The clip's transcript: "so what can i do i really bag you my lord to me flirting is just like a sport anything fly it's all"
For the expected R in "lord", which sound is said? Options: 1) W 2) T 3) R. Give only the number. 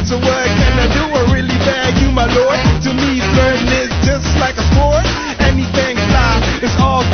3